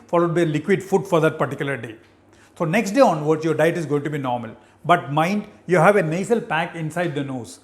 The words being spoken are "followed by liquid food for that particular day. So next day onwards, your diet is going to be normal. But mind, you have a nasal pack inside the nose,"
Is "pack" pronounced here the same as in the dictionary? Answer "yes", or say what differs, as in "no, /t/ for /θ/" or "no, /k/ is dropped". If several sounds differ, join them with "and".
yes